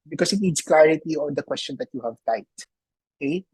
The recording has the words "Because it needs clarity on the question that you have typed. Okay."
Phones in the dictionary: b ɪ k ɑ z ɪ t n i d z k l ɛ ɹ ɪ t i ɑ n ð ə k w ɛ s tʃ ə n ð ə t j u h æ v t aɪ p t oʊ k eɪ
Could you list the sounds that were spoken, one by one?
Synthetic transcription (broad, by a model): b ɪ k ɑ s ɪ t n i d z k l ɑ ɹ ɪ t i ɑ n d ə k w ɛ s tʃ ə n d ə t j u h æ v t aɪ t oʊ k eɪ